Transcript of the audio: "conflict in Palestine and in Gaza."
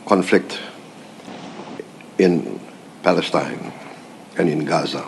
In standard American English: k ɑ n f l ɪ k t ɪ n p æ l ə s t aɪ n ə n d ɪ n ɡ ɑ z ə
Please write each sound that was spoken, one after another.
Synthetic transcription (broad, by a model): k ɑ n f l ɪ k t ɪ n p æ l ə s t aɪ n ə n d ɪ n ɡ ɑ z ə